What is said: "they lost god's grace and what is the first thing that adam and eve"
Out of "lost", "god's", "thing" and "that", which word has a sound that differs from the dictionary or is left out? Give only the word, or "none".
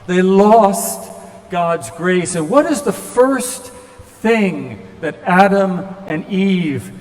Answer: none